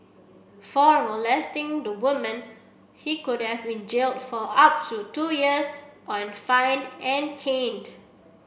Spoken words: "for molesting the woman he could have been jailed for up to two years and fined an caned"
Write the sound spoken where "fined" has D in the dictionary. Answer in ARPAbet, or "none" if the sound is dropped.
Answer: none